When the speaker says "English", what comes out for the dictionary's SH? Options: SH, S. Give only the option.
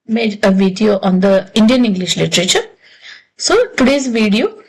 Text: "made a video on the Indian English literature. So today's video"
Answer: SH